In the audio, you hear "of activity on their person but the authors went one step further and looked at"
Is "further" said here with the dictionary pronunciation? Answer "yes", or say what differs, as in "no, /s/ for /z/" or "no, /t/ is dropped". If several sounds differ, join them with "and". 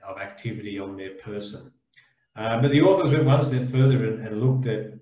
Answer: yes